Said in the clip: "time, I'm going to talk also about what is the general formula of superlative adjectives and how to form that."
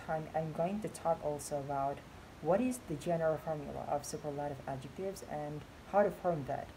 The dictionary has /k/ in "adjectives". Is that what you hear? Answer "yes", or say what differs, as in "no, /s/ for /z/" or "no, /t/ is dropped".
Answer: yes